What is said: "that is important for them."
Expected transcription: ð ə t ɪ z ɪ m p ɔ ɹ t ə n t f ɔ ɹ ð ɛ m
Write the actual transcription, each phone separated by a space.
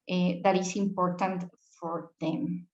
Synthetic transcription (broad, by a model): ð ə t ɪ s ɪ m p ɔ ɹ t ə n t f ɔ ɹ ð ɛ m